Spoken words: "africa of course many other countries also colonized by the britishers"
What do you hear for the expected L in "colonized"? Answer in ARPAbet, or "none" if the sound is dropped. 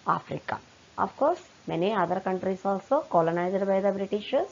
L